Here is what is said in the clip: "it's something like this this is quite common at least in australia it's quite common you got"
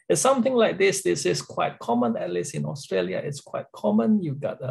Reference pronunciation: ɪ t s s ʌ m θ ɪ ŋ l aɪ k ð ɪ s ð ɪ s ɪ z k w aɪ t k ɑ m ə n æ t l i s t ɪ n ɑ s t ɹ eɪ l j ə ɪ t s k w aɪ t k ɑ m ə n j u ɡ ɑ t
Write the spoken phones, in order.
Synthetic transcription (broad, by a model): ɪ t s s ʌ m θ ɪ ŋ l aɪ k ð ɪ s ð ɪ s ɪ s k w aɪ t k ɑ m ə n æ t l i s ɪ n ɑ s t ɹ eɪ l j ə ɪ t s k w aɪ t k ɑ m ə n j u ɡ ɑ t